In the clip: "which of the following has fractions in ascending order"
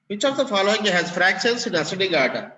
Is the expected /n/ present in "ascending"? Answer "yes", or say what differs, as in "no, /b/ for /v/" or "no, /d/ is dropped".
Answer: no, /n/ is dropped